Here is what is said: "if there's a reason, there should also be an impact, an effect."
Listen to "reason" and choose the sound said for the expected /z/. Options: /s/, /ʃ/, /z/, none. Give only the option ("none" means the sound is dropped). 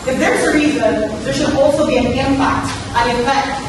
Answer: /z/